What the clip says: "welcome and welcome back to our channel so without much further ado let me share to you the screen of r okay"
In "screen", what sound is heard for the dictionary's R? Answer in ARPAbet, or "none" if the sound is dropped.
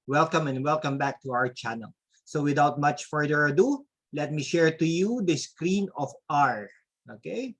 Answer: R